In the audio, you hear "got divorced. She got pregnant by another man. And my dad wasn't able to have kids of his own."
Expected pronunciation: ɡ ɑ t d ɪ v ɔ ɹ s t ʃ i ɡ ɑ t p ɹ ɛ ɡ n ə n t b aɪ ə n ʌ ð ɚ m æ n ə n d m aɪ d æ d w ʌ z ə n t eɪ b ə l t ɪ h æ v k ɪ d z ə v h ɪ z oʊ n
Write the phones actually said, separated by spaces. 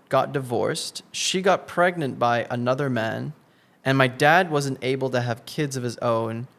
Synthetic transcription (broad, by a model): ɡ ɑ t d ɪ v ɔ ɹ s t ʃ i ɡ ɑ t p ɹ ɛ ɡ n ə n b aɪ ə n ʌ ð ɚ m æ n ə n m aɪ d æ d w ʌ z ə n t eɪ b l t ɪ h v k ɪ d z ə v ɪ z oʊ n